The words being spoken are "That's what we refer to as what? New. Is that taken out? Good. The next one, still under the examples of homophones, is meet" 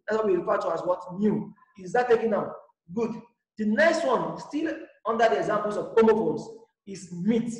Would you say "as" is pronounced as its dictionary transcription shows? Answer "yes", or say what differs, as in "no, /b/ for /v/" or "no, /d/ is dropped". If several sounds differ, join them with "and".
no, /s/ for /z/